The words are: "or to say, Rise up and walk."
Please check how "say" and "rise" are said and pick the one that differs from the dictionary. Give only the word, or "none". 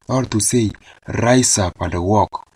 rise